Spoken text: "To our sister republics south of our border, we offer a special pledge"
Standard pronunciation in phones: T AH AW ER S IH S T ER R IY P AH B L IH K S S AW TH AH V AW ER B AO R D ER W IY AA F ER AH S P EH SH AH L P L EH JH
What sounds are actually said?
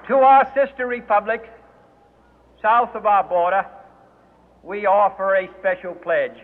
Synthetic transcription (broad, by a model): T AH AW ER S IH S T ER R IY P AH B L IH K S S AW TH AH V AW ER B AO R D ER W IY AA F ER AH S P EH SH L P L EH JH